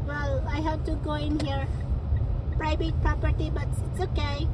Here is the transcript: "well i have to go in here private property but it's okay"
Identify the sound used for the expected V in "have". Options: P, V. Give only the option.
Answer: P